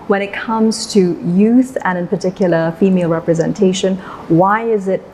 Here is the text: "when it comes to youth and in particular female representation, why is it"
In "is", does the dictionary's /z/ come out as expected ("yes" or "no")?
yes